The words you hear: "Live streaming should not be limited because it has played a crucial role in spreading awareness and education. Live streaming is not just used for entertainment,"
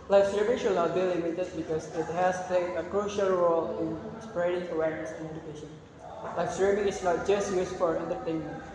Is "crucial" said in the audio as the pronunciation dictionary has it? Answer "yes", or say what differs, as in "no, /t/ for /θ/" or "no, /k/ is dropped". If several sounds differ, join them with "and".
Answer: yes